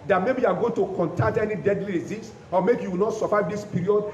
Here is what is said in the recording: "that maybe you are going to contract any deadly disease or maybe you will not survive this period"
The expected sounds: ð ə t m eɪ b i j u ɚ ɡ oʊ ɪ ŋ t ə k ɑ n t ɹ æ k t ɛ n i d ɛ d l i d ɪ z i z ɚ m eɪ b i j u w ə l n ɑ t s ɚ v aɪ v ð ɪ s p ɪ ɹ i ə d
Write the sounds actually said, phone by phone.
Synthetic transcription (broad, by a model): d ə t m eɪ b i j u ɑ ɡ oʊ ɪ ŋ t ə k ɑ n t ɑ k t ɛ n i d ɛ d l i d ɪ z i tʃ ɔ m eɪ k j u w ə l n ɑ t s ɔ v aɪ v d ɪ s p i ɹ i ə d